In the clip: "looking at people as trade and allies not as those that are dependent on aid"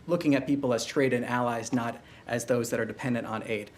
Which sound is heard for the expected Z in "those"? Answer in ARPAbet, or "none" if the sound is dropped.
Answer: Z